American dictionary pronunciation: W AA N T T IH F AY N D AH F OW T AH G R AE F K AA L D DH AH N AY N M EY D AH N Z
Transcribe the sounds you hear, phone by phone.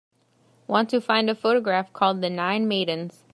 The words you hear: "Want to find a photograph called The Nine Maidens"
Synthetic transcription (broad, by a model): W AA N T T IH F AY N D AH F OW T AH G R AE F K AA L D DH AH N AY N M EY D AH N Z